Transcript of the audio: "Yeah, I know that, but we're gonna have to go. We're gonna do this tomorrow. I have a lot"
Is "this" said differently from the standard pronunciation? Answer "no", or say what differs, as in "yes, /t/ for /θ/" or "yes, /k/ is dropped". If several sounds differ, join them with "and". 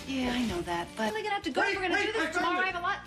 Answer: yes, /s/ is dropped